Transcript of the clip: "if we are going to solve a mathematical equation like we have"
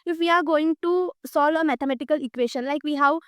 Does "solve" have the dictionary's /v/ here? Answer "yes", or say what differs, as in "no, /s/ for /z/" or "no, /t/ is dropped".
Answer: yes